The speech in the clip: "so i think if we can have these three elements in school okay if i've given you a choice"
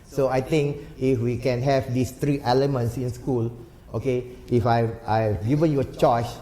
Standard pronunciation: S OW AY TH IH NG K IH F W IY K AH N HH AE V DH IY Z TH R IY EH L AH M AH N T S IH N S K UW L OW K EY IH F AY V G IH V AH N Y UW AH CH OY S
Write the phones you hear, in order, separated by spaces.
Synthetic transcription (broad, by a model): S OW AY T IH NG K IH F W IY K AH N HH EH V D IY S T R IY EH L AH M AH N T S IH N S K UW L OW K EY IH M AY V G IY V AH N Y UW AH CH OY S